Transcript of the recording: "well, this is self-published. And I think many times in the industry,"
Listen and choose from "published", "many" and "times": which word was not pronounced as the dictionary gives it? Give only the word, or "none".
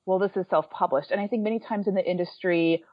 none